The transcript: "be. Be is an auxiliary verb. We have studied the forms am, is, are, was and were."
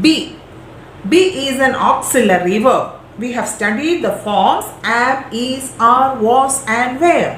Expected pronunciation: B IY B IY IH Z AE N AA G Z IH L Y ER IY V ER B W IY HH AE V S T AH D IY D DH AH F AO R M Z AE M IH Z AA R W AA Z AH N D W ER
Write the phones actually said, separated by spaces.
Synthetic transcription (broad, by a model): B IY B IY IH Z AE N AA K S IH L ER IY V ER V IY HH AE V S T AH D IY D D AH F AO R M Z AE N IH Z AA R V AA S AH N D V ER